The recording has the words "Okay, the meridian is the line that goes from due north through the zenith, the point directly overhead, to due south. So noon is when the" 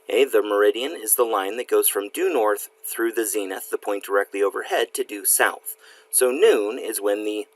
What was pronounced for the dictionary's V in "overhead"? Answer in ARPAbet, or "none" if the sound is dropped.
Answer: V